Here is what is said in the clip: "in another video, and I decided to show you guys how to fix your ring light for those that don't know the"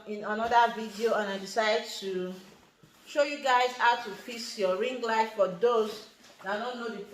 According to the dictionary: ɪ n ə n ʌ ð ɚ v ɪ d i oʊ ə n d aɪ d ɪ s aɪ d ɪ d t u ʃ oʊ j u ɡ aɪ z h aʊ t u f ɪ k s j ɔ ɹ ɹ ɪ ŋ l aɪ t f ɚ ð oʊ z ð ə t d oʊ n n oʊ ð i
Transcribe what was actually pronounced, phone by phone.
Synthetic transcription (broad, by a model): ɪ n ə n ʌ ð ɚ v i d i oʊ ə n aɪ d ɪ s aɪ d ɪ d t u ʃ oʊ j u ɡ aɪ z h aʊ t u f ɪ s j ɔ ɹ ɹ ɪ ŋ l aɪ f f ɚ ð oʊ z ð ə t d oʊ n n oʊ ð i